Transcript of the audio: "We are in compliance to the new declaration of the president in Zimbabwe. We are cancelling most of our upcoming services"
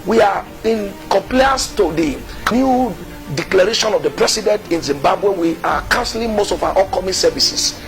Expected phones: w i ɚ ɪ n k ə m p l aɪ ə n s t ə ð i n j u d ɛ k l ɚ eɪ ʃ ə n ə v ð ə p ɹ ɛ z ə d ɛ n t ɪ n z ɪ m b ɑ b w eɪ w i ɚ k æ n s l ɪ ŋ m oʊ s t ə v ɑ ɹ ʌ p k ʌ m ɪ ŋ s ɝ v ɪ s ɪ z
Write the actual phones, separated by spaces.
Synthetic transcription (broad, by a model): w i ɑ ɪ n k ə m p l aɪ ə s t ə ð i n j u d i k l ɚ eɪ ʃ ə n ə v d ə p ɹ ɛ s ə d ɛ n t ɪ n z ɪ m b ɑ b w eɪ w i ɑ k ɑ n s l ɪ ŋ m oʊ s t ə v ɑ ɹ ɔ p k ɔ m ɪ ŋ s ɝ v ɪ s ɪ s